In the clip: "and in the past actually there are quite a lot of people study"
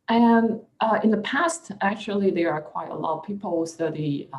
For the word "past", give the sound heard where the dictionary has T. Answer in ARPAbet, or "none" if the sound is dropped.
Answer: T